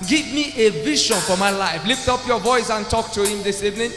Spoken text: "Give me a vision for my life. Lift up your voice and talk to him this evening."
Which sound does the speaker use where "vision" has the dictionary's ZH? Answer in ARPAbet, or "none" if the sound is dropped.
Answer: SH